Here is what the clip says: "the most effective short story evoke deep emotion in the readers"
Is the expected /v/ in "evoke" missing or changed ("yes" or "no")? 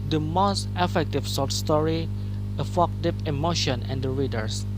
yes